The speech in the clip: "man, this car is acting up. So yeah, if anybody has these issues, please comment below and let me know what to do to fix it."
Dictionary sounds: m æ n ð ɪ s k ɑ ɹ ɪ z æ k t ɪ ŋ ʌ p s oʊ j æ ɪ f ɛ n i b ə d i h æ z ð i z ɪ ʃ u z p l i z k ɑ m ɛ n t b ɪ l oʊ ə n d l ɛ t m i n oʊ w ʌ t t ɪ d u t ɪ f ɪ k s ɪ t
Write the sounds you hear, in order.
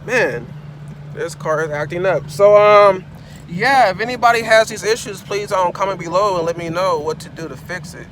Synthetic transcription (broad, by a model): m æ n ð ɪ s k ɑ ɹ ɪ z æ k t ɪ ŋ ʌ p s oʊ j æ ɪ f ɛ n i b ə d i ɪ z ð i z ɪ ʃ u z p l i z k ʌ m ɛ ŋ b ɪ l oʊ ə n l ɛ t m i n oʊ w ʌ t t ɪ d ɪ t ɪ f ɪ k s ɪ t